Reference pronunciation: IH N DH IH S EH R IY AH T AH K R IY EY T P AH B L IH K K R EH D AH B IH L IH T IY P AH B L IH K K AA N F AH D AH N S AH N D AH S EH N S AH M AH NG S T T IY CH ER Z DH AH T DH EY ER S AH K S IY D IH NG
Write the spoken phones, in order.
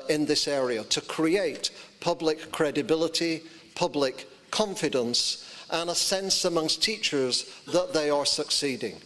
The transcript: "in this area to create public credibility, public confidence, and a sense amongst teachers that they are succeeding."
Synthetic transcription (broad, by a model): IH N DH IH S EH R IY AH T AH K R IY EY T P AH B L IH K K R EH D AH B IH L IH T IY P AH B L IH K K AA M F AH D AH N S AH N AH S EH N S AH M AH NG S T T IY CH ER Z DH AH T DH EY ER S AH K S IY D IH NG